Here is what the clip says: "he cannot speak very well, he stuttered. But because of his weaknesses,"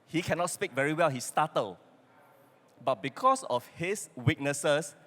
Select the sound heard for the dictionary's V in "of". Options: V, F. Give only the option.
F